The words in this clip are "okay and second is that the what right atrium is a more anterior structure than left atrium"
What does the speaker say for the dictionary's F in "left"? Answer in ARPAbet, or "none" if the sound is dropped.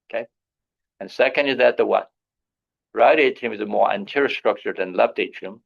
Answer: P